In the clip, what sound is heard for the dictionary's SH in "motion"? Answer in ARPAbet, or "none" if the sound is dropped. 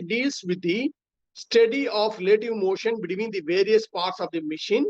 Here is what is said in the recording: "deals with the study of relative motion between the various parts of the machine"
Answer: SH